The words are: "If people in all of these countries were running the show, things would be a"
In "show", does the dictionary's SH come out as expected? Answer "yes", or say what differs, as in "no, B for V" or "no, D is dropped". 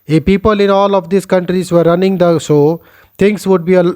no, S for SH